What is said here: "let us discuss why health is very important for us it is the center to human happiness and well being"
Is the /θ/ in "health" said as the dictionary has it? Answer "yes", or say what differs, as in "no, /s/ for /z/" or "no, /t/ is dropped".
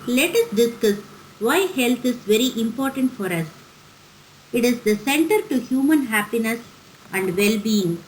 no, /t/ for /θ/